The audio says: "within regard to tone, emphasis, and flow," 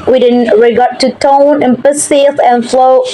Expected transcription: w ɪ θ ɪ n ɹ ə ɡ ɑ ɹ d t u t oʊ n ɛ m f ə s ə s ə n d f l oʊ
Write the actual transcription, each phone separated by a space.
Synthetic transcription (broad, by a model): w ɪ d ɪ n ɹ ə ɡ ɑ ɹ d t u t oʊ n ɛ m p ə s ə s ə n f l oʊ